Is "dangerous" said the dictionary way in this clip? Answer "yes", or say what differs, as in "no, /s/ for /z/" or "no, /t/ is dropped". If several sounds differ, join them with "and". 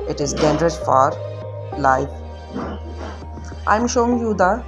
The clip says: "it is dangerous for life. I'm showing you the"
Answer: no, /dʒ/ is dropped